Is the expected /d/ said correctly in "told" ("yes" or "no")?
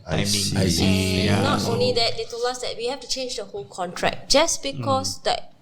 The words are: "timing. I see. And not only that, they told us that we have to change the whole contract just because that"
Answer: no